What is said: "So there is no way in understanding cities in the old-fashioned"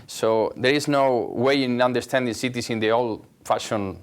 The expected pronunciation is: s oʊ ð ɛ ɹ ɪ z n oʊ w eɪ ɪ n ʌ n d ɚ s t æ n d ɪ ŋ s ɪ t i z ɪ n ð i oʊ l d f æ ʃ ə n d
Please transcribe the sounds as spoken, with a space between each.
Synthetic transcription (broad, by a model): s oʊ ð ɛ ɹ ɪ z n oʊ w eɪ ɪ n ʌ n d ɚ s t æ n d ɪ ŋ s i t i s ɪ n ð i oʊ l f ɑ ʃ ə n